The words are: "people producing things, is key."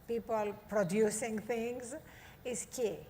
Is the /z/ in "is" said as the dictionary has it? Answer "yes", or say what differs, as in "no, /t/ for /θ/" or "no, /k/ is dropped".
no, /s/ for /z/